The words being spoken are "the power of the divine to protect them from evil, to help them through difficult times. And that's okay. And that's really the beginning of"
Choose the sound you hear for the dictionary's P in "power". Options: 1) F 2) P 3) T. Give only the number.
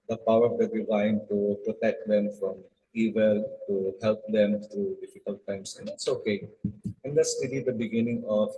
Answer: 2